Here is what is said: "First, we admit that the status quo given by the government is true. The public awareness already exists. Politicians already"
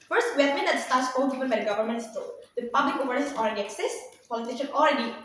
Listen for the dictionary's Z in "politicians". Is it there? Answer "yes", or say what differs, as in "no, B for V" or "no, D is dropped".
no, Z is dropped